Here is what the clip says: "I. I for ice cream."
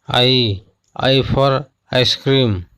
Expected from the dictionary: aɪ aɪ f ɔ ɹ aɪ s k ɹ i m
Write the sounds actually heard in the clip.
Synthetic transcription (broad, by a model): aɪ aɪ p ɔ ɹ aɪ s k ɹ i m